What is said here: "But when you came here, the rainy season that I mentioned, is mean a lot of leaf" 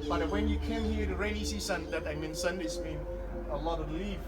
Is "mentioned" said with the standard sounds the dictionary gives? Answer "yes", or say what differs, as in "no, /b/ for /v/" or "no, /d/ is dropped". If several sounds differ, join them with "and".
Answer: no, /s/ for /ʃ/